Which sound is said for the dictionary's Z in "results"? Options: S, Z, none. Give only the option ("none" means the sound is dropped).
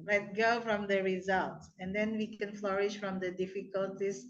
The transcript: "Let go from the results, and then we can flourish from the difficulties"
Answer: Z